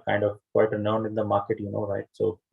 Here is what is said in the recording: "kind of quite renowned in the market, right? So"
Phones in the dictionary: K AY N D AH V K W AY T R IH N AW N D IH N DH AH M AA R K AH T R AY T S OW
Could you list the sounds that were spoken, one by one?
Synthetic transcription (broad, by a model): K AY N D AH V K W AY T R IH N AW N D IH N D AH M AA R K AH T R AY T S OW